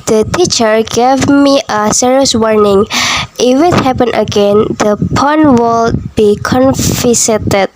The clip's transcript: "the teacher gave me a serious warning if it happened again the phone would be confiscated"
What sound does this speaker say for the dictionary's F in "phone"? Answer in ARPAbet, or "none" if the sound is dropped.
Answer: P